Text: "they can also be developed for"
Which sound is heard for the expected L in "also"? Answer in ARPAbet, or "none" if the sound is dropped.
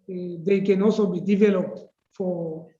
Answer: none